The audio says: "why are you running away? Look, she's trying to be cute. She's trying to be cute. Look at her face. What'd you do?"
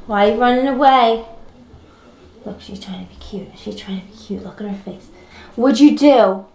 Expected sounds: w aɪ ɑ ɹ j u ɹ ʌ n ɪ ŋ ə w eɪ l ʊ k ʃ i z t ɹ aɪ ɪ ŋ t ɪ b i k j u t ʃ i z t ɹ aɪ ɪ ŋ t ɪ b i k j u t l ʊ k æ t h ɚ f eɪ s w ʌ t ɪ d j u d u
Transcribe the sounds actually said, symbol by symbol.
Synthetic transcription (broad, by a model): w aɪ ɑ l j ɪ ɹ ʌ n ɪ ŋ ə w eɪ l ʊ k ʃ i z t ɹ aɪ ɪ ŋ t ɪ b i k j u t ʃ i z t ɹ aɪ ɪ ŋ t ɪ b i k j u t l ʊ k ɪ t h ɚ f eɪ s w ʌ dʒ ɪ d d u